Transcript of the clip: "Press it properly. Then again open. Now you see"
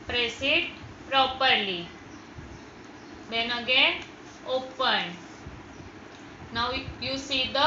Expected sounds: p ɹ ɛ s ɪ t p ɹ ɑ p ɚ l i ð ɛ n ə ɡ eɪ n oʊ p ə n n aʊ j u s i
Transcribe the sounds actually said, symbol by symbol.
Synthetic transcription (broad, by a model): p ɹ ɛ s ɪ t p ɹ ɑ p ɚ l i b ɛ n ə ɡ eɪ oʊ p ə n n aʊ j u s i